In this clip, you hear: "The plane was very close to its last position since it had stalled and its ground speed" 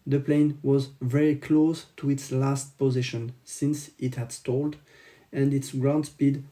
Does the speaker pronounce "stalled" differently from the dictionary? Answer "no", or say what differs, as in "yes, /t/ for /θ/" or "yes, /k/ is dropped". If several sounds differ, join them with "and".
no